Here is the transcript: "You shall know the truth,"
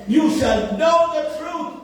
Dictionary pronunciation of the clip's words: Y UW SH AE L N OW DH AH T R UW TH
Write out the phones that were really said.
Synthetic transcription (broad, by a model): Y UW S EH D N OW DH AH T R UW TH